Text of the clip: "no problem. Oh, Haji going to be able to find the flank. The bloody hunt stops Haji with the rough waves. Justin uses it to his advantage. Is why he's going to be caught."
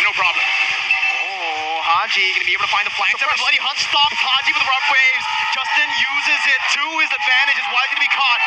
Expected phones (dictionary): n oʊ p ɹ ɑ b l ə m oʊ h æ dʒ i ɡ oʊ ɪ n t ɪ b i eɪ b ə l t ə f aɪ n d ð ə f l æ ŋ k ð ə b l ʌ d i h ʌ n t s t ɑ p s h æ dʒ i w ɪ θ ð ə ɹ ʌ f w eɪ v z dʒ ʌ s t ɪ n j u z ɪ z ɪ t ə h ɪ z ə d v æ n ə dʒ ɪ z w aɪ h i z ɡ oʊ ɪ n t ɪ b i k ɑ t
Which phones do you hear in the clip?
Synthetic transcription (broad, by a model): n oʊ p ɹ ɑ b l ə m oʊ h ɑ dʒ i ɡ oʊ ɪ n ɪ b i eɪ ə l t ə f aɪ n ð ə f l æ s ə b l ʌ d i h ʌ n t s t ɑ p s h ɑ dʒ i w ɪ ð ə ɹ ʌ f w eɪ v z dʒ ʌ s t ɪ n j u z ɪ z ɪ t ə ɪ z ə d v æ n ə dʒ ɪ z w aɪ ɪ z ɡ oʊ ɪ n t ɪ b i k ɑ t